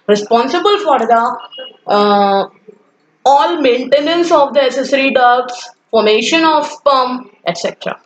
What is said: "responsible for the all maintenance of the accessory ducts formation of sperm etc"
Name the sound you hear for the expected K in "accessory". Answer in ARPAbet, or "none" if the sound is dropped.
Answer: none